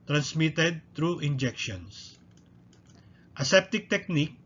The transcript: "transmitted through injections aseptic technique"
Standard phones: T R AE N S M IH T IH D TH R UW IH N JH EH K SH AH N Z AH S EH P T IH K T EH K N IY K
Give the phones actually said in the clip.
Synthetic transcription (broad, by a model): T R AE N S M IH T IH D T R UW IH N JH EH K SH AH N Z AH S EH P T IH K T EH K N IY K